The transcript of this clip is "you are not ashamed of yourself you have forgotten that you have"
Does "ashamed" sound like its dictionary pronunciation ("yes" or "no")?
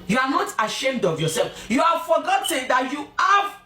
yes